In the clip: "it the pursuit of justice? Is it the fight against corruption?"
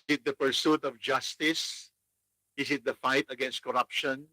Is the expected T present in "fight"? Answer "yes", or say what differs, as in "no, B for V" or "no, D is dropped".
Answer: yes